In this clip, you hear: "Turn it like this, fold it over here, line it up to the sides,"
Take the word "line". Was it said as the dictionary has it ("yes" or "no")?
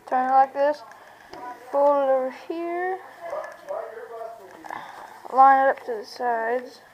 no